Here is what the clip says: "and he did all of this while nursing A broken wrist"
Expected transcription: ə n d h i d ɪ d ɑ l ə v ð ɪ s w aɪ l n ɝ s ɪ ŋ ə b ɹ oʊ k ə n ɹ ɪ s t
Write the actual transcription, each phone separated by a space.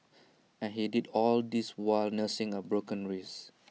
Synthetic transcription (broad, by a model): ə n h i d ɪ d ɑ l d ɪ s w aɪ l n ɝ s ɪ ŋ ə b ɹ oʊ k ə n ɹ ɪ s